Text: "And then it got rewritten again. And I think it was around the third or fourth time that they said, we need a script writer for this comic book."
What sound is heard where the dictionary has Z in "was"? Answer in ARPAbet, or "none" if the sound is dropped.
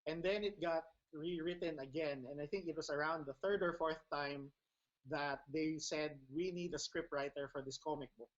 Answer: S